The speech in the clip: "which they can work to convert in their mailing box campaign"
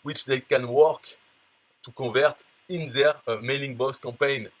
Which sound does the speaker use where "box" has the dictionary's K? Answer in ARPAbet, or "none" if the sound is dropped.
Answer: none